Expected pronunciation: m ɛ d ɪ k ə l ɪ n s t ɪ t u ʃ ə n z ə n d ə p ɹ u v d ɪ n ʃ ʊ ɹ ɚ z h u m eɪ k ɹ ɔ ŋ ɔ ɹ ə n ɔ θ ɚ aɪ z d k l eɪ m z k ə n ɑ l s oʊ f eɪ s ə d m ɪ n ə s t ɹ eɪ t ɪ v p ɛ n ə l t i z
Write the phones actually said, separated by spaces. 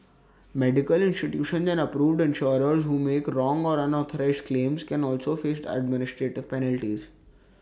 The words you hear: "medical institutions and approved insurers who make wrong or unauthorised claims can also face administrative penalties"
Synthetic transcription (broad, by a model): m ɛ d ɪ k ə l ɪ n s t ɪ t u ʃ ə n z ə n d ə p ɹ u v d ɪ n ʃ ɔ ɹ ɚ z h u m eɪ k ɹ ɔ ŋ ɔ ɹ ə n ɔ t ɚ aɪ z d k l eɪ m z k ə n ɑ l s oʊ f eɪ s ə d m ɪ n ə s t ɹ eɪ t ɪ v p ɛ n ə l t i z